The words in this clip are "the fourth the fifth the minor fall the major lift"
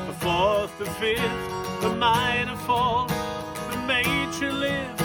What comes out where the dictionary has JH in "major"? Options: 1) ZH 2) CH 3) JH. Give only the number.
2